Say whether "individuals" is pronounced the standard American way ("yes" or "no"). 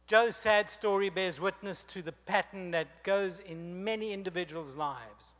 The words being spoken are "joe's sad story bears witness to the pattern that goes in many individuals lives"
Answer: yes